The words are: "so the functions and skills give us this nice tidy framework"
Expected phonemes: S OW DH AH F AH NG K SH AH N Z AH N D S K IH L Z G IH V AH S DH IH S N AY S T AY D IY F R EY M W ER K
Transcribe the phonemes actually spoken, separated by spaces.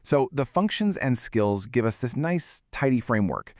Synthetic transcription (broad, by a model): S OW DH AH F AH NG K SH AH N Z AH N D S K IH L Z G IH V AH S DH IH S N AY S T AY D IY F R EY M W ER K